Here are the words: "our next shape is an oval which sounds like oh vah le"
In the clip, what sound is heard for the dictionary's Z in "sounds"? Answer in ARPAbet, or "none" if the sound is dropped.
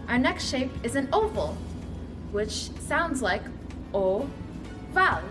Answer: Z